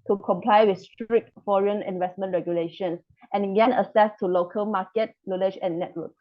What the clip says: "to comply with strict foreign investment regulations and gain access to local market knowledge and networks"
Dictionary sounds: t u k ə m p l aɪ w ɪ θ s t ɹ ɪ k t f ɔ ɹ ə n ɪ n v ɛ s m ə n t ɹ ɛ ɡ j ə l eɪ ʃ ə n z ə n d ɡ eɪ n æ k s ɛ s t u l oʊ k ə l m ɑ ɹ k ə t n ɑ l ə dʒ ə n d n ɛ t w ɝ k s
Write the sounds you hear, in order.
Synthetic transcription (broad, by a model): t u k ə m p l aɪ w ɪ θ s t ɹ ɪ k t f ɔ ɹ ə n ɪ n v ɛ s m ə n t ɹ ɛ ɡ j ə l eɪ ʃ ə n s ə n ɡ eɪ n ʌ s ɛ s t u l oʊ k ə l m ɑ k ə t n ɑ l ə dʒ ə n n ɛ t w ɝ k